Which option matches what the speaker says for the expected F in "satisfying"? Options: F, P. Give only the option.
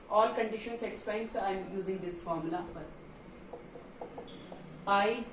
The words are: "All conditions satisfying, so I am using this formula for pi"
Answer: P